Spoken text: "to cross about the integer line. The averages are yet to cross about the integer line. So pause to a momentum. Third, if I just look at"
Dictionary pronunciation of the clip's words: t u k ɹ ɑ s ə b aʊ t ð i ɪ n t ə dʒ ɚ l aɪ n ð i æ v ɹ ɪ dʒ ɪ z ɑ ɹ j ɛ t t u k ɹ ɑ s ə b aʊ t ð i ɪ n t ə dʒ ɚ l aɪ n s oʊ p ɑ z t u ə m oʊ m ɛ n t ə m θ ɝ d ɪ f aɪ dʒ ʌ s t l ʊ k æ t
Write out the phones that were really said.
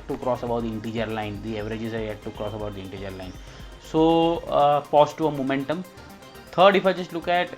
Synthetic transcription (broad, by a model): t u k ɹ ɑ s ə b aʊ t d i ɪ n t ə dʒ ɚ l aɪ n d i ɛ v ɹ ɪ dʒ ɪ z ɑ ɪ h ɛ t t u k ɹ ɑ s ə b aʊ t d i ɪ n t ə dʒ ɚ l aɪ n s oʊ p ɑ s t u ə m oʊ m ɛ n t ə m t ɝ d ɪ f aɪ dʒ ʌ s t l ʊ k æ t